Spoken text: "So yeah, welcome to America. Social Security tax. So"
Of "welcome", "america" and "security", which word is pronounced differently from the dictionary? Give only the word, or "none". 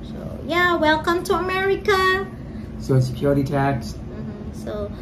none